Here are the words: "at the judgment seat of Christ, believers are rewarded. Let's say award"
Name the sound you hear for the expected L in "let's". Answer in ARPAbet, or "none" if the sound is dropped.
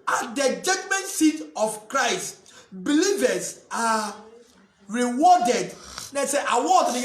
N